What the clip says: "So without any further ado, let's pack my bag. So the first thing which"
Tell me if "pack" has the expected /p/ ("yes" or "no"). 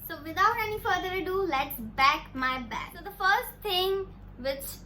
no